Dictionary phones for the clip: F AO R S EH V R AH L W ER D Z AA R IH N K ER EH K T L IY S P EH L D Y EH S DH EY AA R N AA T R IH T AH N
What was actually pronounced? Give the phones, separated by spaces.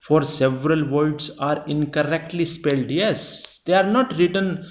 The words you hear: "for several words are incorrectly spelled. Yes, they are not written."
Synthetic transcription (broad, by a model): F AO R S EH V R AH L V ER D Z AA R IH N K ER EH K T L IY S P EH L D Y EH S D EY AA R N AA T R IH T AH N